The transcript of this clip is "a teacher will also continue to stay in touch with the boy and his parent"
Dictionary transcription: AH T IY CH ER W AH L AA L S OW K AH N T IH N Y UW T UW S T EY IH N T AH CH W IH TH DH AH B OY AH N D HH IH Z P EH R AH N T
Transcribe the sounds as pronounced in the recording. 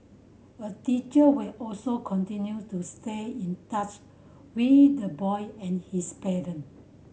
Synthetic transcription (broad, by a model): AH T IY CH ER W AH L AA L S OW K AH N T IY N Y UW T UW S T EY IH N T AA CH W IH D AH B OY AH N HH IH S P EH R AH N